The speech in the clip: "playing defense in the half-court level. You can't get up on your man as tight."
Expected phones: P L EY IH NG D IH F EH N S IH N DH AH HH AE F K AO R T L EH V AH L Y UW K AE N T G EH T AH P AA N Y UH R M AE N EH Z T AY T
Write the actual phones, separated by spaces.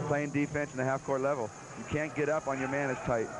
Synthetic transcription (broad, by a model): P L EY IH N D IH F EH N S IH N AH HH AE F K AO R T L EH V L Y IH K AE N G EH T AH P N Y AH R M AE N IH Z T AY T